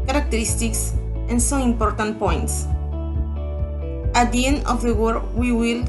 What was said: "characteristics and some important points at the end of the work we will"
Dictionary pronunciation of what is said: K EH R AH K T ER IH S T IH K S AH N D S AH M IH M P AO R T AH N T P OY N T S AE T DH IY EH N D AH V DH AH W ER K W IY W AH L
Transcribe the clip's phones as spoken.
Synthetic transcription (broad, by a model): K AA R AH K T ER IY S T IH K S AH N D S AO IH M P AO R T AH N T P OY N T S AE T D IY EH N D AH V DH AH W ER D W IY W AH L